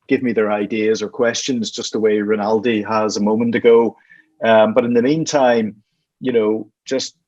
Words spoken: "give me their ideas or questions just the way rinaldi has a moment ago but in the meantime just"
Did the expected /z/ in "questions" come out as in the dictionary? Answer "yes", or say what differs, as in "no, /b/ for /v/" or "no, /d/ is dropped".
yes